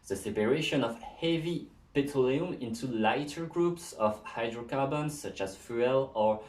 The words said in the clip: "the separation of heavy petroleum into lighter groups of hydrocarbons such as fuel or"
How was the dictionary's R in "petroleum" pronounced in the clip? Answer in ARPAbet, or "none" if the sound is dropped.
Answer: none